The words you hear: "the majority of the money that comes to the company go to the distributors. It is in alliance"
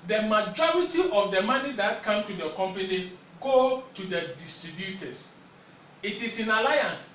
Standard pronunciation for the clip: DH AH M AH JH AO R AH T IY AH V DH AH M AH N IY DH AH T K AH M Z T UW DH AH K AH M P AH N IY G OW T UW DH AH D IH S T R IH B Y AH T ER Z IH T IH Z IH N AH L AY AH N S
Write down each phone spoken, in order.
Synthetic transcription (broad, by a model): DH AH M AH JH AO R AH T IY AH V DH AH M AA N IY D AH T K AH M T UW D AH K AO M P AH N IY G OW T UW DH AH D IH S T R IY B Y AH T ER S IH T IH S IH N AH L AY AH N S